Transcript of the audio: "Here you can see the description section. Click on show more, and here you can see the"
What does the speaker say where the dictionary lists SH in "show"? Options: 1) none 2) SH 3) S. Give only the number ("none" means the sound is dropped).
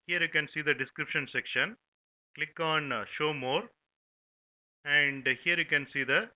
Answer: 2